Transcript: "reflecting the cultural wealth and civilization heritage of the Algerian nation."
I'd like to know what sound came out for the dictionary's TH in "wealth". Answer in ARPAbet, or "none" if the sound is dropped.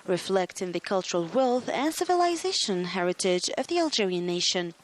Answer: TH